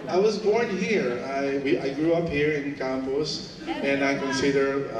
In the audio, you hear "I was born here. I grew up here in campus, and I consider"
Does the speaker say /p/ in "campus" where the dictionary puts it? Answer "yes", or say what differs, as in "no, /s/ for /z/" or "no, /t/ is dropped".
no, /b/ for /p/